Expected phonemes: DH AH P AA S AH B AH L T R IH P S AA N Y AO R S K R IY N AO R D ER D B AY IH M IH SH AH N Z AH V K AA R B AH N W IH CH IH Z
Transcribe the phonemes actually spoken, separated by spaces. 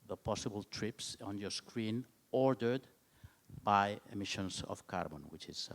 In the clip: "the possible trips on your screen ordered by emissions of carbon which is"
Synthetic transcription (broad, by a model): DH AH P AA S AH B AH L T R IH P S AA N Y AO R S K R IY N AO R D ER D B AY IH M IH SH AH N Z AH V K AA R B AH N W IH CH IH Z